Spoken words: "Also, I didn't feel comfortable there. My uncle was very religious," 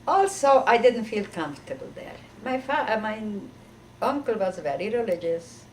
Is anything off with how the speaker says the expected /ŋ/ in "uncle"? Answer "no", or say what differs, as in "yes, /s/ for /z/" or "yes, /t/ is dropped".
no